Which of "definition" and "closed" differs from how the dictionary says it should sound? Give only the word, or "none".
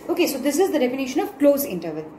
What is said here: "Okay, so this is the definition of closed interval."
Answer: closed